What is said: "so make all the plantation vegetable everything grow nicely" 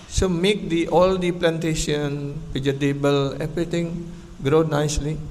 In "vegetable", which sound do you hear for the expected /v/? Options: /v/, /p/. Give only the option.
/p/